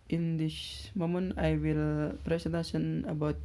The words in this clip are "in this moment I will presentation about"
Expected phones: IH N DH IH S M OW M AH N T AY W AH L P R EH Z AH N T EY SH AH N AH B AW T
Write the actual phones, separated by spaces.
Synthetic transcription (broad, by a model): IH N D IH SH M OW M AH N AY W AH L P R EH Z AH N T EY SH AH N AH B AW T